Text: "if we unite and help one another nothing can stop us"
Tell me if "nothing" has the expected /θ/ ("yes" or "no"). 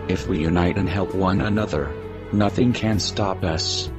yes